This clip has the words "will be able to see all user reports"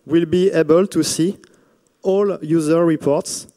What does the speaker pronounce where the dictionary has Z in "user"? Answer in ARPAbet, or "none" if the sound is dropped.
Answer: Z